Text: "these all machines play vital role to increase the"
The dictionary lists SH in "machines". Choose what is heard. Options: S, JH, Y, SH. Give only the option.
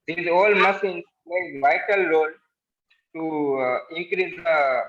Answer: S